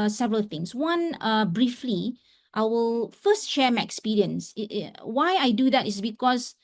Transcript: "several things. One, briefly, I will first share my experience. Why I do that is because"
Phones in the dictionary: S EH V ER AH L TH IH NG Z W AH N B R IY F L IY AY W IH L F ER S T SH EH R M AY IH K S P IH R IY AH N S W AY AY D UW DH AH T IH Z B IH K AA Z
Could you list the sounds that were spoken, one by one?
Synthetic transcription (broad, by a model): S EH V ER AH L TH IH NG S W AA N B R IY F L IY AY W IH L F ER S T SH EH M AY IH K S P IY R IY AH N S W AY AY D UW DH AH T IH S B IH K AA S